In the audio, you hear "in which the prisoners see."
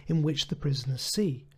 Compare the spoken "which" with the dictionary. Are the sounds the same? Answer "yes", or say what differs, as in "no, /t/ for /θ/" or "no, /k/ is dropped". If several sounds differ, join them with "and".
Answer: yes